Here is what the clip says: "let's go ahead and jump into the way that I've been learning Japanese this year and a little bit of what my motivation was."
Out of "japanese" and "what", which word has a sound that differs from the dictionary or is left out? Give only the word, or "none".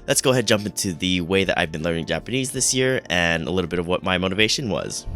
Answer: none